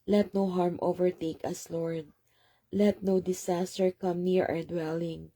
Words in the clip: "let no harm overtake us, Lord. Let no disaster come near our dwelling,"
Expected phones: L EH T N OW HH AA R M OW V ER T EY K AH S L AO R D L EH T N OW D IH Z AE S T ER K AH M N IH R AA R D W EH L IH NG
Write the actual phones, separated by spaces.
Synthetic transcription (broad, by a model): L EH T N OW HH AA R M OW V ER T EY K AH S L AO R D L EH T N OW D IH S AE S T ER K AH M N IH R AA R D W EH L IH NG